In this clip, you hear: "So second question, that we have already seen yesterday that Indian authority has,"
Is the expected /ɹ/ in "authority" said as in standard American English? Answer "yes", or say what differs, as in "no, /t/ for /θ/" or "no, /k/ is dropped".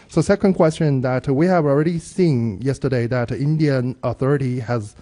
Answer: yes